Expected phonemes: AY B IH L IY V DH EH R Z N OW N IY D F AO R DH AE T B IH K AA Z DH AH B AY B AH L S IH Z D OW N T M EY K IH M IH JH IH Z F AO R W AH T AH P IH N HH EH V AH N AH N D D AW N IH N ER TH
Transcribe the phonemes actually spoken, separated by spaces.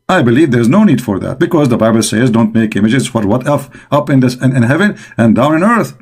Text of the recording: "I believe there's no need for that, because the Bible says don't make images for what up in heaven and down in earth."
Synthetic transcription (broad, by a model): AY B IH L IY V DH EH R Z N OW N IY D F AO R DH AE T B IH K AA Z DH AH B AY B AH L S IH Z D OW N T M EY K IH M IH JH IH Z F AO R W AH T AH P IH N HH EH V AH N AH N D D AW N IH N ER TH